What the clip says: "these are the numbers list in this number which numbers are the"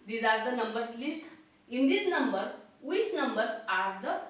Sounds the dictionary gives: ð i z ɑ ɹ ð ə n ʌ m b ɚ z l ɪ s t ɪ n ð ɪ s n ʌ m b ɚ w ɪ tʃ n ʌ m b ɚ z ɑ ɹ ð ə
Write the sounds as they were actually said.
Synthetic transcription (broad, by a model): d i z ɑ ɹ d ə n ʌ m b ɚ s l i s t ɪ n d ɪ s n ʌ m b ɚ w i s n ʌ m b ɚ s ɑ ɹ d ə